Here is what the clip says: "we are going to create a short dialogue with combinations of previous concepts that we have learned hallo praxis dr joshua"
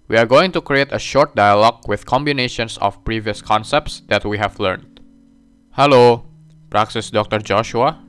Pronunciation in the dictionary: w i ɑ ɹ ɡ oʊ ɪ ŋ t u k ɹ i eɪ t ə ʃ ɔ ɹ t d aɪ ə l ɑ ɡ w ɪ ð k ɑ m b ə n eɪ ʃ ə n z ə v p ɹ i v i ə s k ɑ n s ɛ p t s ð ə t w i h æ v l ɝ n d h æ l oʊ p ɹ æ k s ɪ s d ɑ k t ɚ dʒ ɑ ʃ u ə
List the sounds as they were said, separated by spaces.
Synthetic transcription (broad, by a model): w i ɑ ɹ ɡ oʊ ɪ ŋ t u k ɹ i eɪ t ə ʃ ɔ ɹ t d aɪ ə l ɑ ɡ w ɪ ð k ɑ m b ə n eɪ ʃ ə n s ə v p ɹ i v i ə s k ɑ n s ɛ p t s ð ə t w i h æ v l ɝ n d h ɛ l oʊ p ɹ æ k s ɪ s d ɑ k t ɚ dʒ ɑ ʃ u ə